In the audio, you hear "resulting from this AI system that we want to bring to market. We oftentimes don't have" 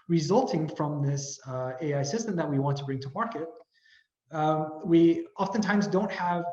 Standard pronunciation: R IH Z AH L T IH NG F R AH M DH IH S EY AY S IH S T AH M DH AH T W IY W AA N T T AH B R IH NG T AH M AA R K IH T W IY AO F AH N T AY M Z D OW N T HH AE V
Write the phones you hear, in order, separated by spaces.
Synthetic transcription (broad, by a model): R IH Z AH L T IH NG F R AH M DH IH S EY AY S IH S T AH M DH AH T W IY W AA N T T AH B R IH NG T AH M AA R K IH T W IY AO F AH N T AY M Z D OW N T HH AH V